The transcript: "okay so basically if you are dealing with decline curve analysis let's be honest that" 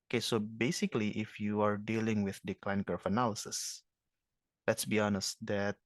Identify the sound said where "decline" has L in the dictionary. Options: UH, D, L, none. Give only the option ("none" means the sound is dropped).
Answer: L